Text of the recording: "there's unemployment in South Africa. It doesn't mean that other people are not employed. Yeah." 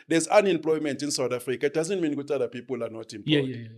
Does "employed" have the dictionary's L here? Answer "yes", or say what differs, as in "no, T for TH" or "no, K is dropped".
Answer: no, L is dropped